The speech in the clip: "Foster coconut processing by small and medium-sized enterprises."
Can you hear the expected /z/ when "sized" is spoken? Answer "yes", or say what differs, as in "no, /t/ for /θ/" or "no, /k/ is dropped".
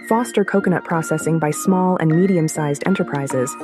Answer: yes